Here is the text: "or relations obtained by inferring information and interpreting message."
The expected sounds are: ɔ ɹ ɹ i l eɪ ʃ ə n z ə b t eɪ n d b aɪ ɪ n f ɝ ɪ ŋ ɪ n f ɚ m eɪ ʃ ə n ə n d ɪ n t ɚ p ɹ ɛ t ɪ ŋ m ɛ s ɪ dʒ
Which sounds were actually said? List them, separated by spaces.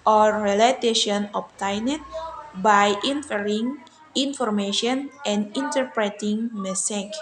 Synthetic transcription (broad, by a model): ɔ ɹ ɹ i l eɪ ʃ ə n ə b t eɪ n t b aɪ ɪ n f ɝ ɪ ŋ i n f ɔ m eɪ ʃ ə n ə n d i n t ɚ p ɹ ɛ t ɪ ŋ m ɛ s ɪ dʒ